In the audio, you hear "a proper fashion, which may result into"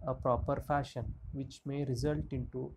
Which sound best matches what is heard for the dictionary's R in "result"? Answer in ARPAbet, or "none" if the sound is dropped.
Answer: R